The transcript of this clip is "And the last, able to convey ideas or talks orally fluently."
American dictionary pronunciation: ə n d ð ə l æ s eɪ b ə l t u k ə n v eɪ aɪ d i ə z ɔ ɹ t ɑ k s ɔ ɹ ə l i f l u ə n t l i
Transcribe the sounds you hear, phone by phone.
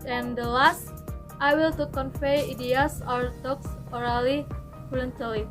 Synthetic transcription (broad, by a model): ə n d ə l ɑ s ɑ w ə l t u k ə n f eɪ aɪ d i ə s ɔ ɹ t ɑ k s ɔ ɹ ə l i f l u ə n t l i